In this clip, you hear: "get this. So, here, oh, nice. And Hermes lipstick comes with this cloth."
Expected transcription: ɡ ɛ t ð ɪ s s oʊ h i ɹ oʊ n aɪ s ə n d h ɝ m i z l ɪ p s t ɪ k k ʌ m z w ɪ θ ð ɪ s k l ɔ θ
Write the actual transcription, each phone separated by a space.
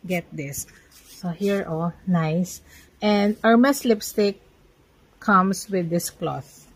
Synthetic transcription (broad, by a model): ɡ ɛ t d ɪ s s oʊ h i ɹ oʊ n aɪ s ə n d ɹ m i s l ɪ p s t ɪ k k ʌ m s w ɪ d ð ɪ s k l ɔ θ